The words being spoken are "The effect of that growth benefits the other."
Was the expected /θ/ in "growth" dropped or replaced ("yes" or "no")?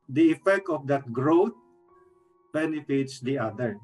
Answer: yes